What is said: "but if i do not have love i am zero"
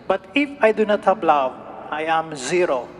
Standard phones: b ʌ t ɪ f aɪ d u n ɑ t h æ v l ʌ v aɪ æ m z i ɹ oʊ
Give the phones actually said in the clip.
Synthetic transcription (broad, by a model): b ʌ t ɪ f aɪ d u n ɑ t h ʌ p l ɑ w aɪ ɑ m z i ɹ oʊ